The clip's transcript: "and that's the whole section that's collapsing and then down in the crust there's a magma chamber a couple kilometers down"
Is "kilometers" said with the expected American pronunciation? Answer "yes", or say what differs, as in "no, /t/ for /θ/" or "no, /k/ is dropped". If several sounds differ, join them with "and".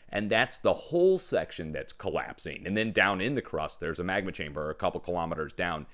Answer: yes